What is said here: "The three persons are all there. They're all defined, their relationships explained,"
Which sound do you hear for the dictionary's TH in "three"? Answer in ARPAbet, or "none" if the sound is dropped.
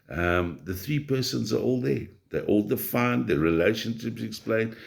TH